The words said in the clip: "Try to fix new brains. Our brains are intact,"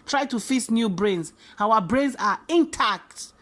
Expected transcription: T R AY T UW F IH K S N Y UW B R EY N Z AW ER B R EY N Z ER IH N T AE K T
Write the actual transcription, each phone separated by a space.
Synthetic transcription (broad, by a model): T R AY T UW F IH S N Y UW B R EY N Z AW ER B R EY N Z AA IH N T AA K T